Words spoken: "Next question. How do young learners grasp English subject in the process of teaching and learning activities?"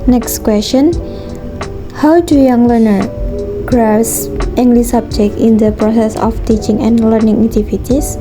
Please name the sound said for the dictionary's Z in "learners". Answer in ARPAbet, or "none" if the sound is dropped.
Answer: none